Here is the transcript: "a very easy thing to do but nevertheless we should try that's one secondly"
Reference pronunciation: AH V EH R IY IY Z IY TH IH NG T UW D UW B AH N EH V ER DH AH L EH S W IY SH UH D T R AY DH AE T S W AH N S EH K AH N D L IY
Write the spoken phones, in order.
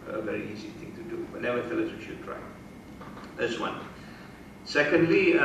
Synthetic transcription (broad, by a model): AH V EH R IY IY Z IY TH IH NG T UW D UW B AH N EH AA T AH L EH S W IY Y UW T R AY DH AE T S W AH N S EH K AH N D L IY